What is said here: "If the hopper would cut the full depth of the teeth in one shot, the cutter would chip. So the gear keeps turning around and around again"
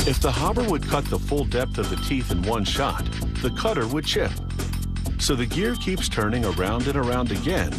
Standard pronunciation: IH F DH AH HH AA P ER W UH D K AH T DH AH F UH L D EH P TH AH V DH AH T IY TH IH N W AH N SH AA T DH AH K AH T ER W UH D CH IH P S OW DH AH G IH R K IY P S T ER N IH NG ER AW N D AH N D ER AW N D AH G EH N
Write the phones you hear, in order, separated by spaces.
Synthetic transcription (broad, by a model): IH F DH AH HH AA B ER W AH D K AH T DH AH F UH L D EH P TH AH V DH AH T IY TH IH N W AH N SH AA T DH AH K AH T ER W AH D CH IH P S OW DH AH G IH R K IY P S T ER N IH NG ER AW N D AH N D ER AW N D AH G EH N